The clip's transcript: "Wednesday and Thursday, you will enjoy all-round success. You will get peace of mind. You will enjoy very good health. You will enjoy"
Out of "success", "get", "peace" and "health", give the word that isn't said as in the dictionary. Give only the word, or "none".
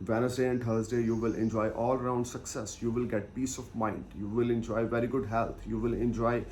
health